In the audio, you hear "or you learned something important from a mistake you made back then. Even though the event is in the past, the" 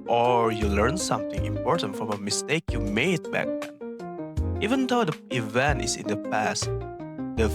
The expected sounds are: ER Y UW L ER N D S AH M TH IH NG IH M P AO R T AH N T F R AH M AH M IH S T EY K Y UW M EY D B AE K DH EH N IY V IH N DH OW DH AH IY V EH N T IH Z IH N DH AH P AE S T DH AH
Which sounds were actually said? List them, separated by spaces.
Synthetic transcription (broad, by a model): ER Y UW L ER N S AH M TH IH NG IH M P AO R T AH N T F R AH M AH M IH S T EY K Y UW M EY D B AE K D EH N IY V IH N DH OW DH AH IY V EH N T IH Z IH N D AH P AE S T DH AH